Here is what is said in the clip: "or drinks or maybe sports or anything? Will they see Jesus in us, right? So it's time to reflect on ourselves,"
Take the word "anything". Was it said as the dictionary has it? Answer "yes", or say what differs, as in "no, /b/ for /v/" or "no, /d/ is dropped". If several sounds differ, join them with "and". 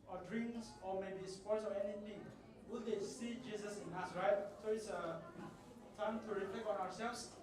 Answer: no, /t/ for /θ/